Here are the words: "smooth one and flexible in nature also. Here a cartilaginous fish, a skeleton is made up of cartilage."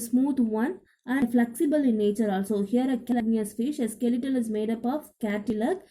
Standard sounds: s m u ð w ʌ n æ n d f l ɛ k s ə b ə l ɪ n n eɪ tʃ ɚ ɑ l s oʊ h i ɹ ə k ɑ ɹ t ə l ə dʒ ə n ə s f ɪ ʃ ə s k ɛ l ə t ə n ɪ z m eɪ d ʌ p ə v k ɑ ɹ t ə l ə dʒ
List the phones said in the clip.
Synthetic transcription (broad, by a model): s m u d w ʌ n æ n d f l ɛ k s ə b ə l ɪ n n eɪ tʃ ɚ ɑ l s oʊ h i ɹ ə k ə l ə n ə ə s f ɪ ʃ ə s k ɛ l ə t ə l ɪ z m eɪ d ʌ p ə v k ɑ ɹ t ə l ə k